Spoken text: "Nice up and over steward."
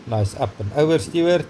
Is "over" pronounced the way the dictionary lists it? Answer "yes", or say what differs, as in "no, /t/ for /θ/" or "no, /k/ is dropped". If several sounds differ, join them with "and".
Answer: no, /v/ is dropped